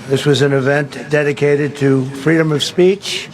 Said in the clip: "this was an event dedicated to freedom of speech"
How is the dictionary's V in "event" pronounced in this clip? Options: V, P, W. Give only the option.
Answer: V